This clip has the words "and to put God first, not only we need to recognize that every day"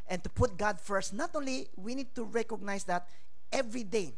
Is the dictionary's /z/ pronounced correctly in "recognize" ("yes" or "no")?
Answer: no